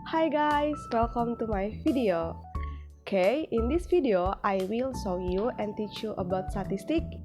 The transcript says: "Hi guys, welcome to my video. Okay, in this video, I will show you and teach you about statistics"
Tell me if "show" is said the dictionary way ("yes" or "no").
no